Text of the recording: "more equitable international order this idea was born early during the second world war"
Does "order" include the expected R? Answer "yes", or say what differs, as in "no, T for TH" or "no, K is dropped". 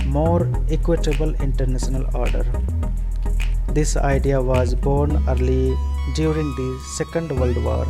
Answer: yes